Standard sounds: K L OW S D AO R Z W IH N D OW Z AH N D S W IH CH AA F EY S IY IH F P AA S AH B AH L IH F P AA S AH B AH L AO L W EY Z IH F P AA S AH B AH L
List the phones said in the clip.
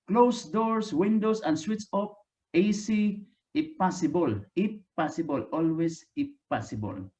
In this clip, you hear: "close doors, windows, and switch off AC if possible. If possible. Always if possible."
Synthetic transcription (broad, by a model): K L OW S D AO R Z W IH N D OW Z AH N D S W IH S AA P EY S IY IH P AA S AH B AH L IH P AA S AH B AH L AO L W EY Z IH P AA S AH B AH L